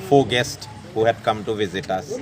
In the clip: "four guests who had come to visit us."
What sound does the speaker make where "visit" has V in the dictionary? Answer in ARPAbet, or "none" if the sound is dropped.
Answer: V